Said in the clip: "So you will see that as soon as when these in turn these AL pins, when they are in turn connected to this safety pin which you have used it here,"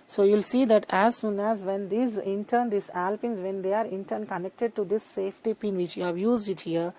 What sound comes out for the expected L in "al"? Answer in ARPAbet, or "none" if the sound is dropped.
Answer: L